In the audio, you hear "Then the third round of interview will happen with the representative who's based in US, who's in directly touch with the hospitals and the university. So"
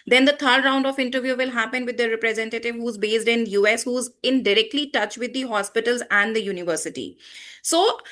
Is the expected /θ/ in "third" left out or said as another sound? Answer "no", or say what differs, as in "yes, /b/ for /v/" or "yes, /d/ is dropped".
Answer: yes, /t/ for /θ/